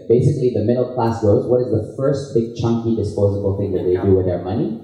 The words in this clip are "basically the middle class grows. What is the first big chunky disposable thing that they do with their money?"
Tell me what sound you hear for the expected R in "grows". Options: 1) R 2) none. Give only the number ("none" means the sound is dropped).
2